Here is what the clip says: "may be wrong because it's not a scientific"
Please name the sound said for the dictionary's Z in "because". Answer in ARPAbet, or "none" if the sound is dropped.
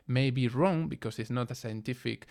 S